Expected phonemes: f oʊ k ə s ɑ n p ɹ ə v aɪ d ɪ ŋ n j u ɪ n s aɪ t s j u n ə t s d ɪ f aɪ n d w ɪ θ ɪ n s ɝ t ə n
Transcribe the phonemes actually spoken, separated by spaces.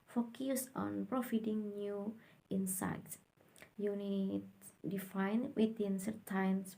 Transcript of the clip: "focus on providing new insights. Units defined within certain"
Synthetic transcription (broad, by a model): f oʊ k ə s ɑ n p ɹ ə f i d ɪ ŋ n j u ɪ n s aɪ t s j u n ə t d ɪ f aɪ n w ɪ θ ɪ n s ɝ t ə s